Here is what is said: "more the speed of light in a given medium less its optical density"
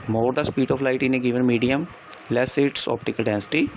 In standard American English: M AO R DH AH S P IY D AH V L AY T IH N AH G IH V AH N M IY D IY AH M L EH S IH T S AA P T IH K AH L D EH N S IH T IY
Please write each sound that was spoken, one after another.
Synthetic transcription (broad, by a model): M AO R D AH S P IY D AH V L AY T IH N AH G IH V AH N M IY D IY AH M L EH S IH T S AA P T IH K AH L D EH N S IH T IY